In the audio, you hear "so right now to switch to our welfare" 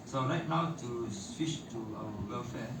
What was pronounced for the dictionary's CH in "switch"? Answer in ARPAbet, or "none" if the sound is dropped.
SH